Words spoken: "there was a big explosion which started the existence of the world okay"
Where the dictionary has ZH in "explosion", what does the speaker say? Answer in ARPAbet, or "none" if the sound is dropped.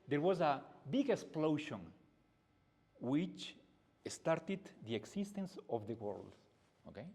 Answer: SH